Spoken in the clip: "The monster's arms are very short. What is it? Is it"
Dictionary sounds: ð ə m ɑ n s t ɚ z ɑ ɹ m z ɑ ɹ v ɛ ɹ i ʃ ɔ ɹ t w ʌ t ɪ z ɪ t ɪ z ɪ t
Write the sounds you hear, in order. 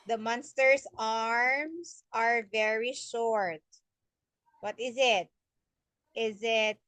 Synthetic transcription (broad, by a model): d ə m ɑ n s t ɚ s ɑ ɹ m s ɑ ɹ v ɛ ɹ i ʃ ɔ ɹ t w ʌ t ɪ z ɪ t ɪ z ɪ t